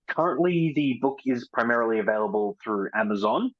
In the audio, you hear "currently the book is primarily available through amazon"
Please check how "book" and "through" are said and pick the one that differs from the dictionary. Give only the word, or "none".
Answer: none